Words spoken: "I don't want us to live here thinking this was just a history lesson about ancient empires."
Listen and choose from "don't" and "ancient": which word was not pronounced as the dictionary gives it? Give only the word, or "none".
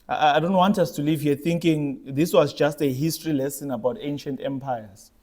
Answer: none